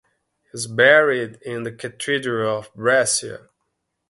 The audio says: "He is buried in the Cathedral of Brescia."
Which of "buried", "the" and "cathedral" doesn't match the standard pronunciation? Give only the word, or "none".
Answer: cathedral